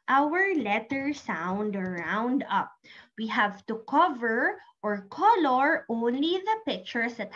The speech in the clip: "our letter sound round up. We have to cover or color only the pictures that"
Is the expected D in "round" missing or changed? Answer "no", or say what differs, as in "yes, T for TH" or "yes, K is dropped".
no